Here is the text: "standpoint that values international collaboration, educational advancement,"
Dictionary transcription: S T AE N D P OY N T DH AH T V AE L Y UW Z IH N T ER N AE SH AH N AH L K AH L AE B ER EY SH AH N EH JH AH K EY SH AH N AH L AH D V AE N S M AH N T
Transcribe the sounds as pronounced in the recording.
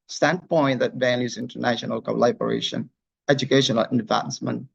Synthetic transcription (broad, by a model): S T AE N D P OY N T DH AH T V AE N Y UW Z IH N T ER N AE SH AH N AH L K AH L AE B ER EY SH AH N EH JH AH K EY SH AH N AH L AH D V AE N S M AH N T